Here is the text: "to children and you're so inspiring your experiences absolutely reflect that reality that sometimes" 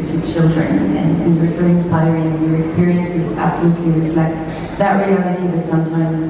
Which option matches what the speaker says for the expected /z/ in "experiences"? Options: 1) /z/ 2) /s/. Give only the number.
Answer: 1